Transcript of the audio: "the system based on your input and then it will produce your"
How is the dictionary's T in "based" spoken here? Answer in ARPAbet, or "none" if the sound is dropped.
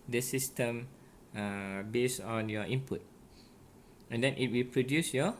none